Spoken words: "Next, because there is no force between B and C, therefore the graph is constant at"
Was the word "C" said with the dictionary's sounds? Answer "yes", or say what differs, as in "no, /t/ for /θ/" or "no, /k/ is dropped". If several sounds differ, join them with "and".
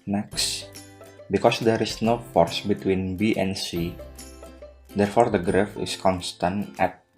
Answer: yes